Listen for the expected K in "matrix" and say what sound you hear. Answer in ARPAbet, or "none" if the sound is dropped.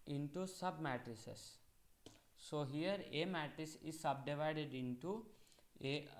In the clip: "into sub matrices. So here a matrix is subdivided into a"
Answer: none